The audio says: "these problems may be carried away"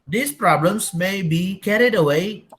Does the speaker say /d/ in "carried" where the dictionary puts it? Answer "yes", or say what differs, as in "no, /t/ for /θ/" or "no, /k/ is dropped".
yes